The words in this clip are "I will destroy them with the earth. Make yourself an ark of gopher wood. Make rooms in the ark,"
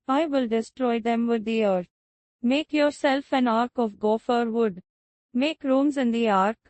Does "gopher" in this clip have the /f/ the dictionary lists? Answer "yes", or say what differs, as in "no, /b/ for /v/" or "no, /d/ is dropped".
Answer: yes